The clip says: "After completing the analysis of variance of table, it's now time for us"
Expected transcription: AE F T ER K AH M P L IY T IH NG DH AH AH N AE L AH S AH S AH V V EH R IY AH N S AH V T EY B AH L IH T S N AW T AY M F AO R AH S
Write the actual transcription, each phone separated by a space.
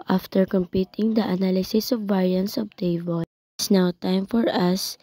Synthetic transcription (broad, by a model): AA F T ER K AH M P IY T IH NG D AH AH N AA L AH S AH S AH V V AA R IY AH N S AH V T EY AH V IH S N AW T AY M F AO R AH S